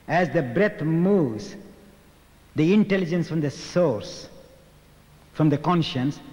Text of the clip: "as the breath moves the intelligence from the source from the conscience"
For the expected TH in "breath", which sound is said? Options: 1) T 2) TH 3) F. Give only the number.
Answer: 1